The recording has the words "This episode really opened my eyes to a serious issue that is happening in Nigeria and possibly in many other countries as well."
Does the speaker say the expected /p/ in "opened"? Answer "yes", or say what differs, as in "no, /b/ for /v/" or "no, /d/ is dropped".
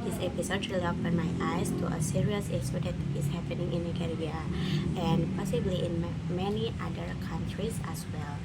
no, /b/ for /p/